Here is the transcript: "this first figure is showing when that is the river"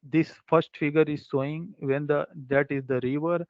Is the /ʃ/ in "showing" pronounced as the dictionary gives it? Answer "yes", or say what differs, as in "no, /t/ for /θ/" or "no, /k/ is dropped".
no, /s/ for /ʃ/